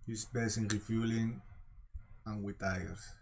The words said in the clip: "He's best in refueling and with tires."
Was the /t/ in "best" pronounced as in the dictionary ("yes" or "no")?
no